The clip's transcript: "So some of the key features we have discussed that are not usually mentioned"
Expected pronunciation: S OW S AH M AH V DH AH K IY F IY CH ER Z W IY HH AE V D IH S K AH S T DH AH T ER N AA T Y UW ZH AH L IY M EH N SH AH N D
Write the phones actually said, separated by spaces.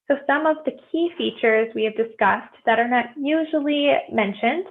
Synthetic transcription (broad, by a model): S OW S AH M AH V DH AH K IY F IY CH ER Z W IY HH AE V D IH S K AH S T DH AH T ER N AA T Y UW ZH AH L IY M EH N SH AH N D